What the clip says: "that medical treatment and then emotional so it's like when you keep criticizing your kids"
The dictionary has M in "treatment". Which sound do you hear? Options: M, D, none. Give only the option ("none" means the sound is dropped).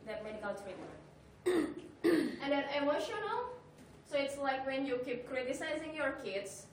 none